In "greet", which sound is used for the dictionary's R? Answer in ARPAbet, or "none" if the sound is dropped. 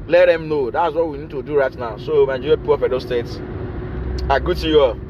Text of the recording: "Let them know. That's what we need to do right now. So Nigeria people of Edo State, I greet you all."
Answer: none